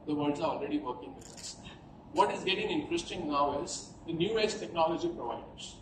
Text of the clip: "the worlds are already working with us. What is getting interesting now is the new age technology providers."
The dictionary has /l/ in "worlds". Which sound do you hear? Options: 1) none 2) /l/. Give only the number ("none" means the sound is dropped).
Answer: 1